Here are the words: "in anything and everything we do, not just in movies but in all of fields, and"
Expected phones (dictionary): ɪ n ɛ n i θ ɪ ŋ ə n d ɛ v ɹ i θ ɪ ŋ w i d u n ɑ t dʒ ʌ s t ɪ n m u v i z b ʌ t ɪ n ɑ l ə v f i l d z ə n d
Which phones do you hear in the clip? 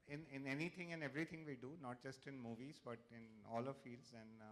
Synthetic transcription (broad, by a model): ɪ n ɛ n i t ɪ ŋ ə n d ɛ v ɹ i t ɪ ŋ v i d u n ɑ t dʒ ʌ s t ɪ n m u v i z b ʌ t ɪ n ɑ l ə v f i l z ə n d